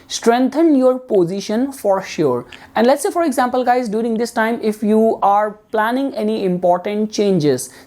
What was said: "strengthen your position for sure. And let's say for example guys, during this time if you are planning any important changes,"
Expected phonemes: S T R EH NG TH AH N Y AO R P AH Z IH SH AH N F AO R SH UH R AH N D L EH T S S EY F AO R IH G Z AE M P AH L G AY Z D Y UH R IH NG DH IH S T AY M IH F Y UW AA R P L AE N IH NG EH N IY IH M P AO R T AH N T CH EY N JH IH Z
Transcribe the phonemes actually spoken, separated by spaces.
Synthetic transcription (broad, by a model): S T R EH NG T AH N Y AO R P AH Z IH SH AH N F AO R SH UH R AH N D L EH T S S EY F AO R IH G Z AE M P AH L G AY Z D Y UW R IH NG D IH S T AY M IH F Y UW AA R P L AE N IH NG EH N IY IH M P AO R T AH N T CH EY N JH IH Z